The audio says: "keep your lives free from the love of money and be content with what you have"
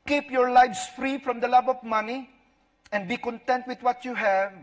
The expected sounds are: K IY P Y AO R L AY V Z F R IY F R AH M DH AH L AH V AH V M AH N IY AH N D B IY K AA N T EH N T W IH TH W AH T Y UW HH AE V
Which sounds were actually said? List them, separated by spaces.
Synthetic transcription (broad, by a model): K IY P Y AO R L AY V S F R IY F R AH M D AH L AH B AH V M AH N IY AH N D B IY K AA N T EH N T W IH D W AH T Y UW HH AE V